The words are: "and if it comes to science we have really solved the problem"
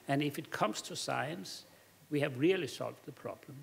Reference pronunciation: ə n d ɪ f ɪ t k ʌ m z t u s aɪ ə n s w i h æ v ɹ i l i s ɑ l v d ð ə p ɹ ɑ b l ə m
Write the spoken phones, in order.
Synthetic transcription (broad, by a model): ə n ɪ f ɪ t k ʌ m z t u s aɪ ə n s w i h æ v ɹ i l i s ɑ l v d ð ə p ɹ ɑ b l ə m